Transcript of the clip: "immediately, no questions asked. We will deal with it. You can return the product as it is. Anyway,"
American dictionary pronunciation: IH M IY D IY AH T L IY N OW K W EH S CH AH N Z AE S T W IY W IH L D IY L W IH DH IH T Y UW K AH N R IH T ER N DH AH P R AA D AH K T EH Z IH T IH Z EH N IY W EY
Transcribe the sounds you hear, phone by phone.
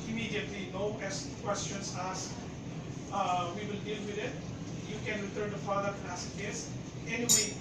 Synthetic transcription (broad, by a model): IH M IY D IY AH T L IY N OW K W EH S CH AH N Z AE S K W IY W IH L D IY L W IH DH IH T Y UW K AH N R IH T ER N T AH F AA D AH T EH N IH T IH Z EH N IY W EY